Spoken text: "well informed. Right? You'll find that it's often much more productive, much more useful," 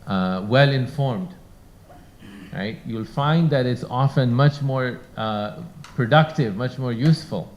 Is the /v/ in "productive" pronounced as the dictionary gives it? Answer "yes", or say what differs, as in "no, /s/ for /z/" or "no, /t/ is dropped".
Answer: yes